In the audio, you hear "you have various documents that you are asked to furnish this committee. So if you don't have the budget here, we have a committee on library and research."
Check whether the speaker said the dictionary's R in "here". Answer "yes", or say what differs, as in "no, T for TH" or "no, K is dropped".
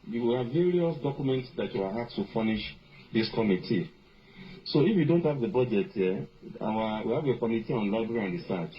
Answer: no, W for R